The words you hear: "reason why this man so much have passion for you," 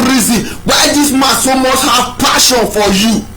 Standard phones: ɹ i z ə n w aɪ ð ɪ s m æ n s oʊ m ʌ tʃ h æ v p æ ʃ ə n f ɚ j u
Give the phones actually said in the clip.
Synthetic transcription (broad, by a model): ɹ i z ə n w aɪ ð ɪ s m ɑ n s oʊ m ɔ s h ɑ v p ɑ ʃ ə n f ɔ j u